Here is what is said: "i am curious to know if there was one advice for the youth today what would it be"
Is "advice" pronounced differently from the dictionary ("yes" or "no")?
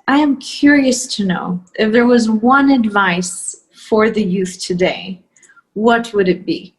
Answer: no